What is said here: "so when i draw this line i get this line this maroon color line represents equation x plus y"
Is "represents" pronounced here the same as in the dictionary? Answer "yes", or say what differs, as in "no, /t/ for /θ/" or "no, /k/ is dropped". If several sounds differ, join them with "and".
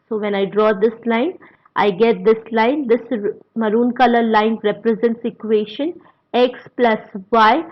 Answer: yes